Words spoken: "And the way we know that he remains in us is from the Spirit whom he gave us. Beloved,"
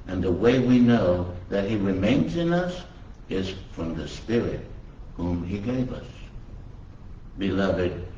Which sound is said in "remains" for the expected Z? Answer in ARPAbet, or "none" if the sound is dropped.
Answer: Z